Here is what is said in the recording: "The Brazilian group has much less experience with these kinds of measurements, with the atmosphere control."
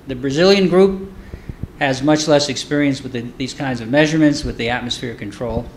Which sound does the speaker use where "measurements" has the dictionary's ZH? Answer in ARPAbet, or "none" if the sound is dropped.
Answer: ZH